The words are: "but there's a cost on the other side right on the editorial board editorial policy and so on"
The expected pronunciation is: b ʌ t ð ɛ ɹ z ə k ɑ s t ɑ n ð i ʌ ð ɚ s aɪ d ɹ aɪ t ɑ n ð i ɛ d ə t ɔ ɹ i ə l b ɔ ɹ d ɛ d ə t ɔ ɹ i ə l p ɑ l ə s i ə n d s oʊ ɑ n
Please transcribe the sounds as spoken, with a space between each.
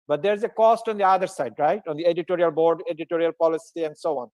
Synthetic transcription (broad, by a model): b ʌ t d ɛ ɹ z ə k ɑ s t ɑ n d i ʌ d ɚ s aɪ d ɹ aɪ t ɑ n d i ɛ d ə t ɔ ɹ i ə l b ɔ ɹ d ɛ d ə t ɔ ɹ i ə l p ɑ l ə s i ə n d s oʊ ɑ n